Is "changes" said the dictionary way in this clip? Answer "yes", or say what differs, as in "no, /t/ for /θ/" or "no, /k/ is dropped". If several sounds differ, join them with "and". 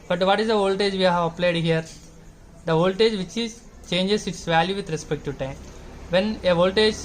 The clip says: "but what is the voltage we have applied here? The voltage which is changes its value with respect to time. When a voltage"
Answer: no, /s/ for /z/